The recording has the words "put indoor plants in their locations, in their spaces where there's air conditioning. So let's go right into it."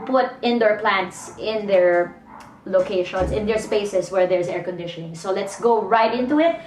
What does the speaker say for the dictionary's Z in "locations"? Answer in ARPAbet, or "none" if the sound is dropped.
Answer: S